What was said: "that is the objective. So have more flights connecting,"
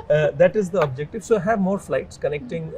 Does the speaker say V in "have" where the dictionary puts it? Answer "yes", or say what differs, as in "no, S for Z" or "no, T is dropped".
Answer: yes